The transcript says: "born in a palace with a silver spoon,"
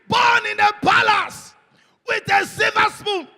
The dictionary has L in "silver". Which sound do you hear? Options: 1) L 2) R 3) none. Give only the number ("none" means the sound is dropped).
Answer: 3